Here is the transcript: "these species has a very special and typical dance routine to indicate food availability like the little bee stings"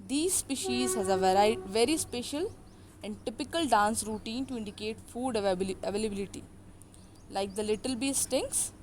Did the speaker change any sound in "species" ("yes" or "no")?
no